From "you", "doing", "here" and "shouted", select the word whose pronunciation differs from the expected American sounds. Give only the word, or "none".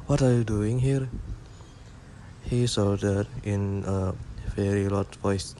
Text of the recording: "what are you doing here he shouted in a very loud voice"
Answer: shouted